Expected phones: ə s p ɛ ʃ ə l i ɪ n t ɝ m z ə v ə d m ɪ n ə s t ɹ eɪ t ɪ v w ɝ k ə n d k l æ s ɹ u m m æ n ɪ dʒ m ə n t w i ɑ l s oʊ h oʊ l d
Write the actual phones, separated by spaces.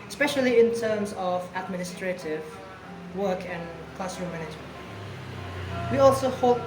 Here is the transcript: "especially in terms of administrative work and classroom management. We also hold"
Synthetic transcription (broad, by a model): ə s p ɛ ʃ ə l i ɪ n t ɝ m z ə v ə d m ɪ n ə s t ɹ eɪ t ɪ v w ɝ k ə n k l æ s ɹ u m m æ n ɪ dʒ m ə n t w i ɑ l s oʊ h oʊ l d